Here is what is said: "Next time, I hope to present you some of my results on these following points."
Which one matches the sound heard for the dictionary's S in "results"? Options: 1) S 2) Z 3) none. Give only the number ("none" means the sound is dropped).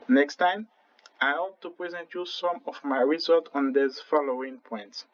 3